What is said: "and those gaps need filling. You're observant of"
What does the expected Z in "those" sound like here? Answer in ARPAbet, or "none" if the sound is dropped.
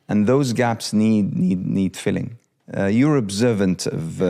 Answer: Z